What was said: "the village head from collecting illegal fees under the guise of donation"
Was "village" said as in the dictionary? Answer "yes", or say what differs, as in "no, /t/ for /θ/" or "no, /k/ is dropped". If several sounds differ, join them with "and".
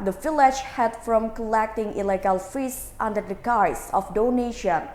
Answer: no, /f/ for /v/